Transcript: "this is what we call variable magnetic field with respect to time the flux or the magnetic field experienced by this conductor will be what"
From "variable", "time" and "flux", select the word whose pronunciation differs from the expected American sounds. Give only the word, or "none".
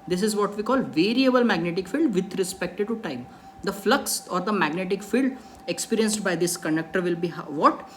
none